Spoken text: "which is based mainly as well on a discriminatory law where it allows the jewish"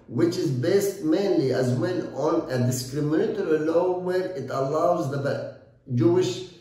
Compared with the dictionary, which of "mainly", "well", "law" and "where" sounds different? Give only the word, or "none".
well